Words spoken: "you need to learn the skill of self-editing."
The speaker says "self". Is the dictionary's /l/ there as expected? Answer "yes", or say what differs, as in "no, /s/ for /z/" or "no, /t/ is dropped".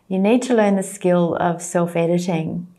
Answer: yes